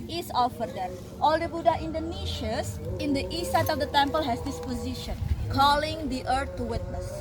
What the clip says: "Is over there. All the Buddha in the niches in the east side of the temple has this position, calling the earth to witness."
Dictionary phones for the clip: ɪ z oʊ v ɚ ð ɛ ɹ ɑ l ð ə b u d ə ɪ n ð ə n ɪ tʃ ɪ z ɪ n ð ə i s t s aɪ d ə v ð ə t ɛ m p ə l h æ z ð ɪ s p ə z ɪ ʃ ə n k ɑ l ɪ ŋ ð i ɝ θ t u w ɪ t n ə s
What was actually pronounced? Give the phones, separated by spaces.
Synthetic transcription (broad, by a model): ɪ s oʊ f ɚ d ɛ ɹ ɑ l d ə b u d ə ɪ n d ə n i ʃ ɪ s ɪ n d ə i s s aɪ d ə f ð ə t ɛ m p ə l h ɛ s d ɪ s p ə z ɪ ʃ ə n k ɑ l ɪ ŋ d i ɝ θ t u w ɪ t n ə s